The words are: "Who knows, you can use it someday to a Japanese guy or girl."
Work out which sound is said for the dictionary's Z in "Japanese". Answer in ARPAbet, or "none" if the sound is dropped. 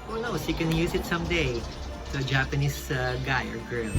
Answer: S